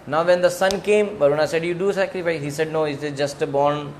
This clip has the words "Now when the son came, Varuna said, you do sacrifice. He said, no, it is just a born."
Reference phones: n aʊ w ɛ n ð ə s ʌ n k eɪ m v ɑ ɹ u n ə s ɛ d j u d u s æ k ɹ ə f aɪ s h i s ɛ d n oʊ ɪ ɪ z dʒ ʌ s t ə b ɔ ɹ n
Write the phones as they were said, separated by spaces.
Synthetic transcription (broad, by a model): n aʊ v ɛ n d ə s ʌ n k eɪ m b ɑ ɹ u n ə s ɛ d j u d u s æ k ɹ ə f aɪ s h i s ɛ d n oʊ ɪ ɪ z dʒ ʌ s t ə b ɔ ɹ n